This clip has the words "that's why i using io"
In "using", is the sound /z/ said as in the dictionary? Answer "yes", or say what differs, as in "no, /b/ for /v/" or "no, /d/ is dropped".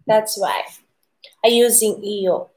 yes